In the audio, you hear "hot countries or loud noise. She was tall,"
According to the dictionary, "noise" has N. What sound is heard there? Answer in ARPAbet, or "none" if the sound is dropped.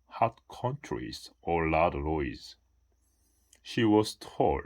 L